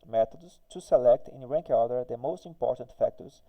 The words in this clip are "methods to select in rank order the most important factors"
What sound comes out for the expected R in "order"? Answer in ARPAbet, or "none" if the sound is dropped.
L